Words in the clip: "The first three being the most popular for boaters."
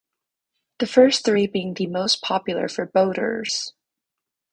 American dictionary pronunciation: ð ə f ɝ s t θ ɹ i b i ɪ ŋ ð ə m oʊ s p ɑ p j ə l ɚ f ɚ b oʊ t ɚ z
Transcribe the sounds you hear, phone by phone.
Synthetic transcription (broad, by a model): ð ə f ɝ s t θ ɹ i b i ɪ ŋ ð ə m oʊ s p ɑ p j l ɚ f ɚ b oʊ t ɚ z